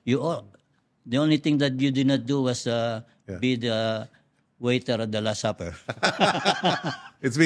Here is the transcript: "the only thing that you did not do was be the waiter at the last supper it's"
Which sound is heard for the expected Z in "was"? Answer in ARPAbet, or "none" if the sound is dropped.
S